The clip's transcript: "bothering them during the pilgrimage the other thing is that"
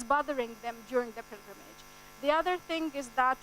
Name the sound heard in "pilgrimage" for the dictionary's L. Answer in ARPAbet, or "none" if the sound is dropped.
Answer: L